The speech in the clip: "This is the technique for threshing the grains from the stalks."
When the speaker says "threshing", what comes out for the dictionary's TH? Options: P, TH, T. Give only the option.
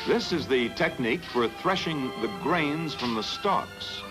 TH